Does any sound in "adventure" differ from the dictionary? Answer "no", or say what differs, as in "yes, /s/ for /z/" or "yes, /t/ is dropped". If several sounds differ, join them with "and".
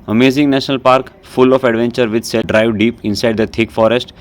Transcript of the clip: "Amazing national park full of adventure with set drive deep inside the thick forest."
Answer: no